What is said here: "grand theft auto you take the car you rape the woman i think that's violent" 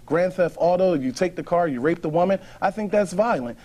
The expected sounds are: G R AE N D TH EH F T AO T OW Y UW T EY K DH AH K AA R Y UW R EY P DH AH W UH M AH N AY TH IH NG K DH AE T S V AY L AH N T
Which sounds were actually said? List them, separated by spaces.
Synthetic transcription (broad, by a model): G R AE N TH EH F AO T OW Y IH T EY K DH AH K AA R Y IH R EY P DH AH W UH M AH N AY TH IH NG K DH AE T S V AY L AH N T